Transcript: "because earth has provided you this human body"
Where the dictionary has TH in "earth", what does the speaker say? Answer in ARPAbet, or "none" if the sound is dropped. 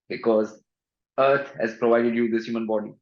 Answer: T